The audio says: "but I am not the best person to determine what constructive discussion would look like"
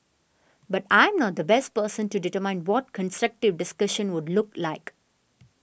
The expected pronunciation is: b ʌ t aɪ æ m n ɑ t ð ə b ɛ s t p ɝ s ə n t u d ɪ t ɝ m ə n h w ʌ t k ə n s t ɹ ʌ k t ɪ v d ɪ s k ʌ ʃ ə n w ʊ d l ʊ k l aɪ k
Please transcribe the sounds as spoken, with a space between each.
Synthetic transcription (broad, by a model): b ʌ t aɪ m n ɑ t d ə b ɛ s t p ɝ s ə n t u d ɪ t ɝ m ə n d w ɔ t k ə n s t ɹ ʌ k t ɪ v d ɪ s k ʌ ʃ ə n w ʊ d l ʊ k l aɪ k